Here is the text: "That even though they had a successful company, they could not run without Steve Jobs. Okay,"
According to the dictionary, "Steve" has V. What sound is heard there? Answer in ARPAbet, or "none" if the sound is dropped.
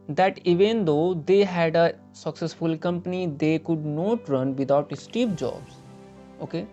P